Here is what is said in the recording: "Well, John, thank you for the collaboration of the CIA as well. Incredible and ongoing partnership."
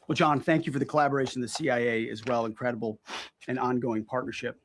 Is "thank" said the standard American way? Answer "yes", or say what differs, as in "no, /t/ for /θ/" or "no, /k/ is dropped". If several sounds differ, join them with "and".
yes